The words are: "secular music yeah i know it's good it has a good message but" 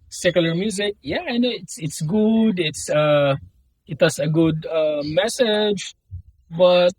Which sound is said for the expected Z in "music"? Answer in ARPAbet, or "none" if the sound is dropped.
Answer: Z